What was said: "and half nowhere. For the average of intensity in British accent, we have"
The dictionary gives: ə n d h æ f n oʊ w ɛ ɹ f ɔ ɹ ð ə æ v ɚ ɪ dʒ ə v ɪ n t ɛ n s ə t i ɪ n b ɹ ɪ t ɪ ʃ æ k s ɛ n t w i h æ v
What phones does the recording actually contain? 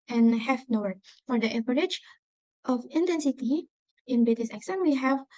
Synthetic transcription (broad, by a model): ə n h æ f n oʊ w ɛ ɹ f ɔ ɹ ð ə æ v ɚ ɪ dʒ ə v ɪ n t ɛ n s ə t i ɪ n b ɪ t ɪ s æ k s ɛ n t w i h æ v